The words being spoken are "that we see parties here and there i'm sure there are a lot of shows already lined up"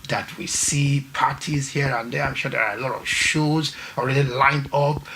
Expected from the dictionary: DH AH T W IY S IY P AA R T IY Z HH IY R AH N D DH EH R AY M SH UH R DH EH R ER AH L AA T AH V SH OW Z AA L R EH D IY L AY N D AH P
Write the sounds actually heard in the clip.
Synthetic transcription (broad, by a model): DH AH T W IY S IY P AA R T IY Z HH IY R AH N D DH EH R AY M SH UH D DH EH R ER AH L AA T AH V SH OW Z AA L R EH D IY L AY N D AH P